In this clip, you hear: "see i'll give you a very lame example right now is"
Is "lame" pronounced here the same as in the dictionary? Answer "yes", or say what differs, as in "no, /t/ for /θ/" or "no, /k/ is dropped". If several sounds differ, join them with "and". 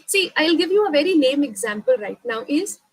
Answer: no, /n/ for /l/